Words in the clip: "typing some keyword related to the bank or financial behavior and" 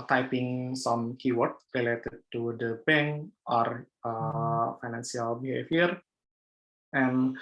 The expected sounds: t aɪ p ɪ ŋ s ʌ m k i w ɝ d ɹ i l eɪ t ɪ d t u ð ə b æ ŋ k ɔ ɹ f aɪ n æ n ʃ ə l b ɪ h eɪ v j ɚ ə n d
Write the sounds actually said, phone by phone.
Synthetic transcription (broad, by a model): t aɪ p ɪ ŋ s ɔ m k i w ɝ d ɹ i l eɪ t ɪ d t u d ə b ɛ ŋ ɔ ɹ f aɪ n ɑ n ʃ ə l b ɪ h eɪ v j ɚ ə n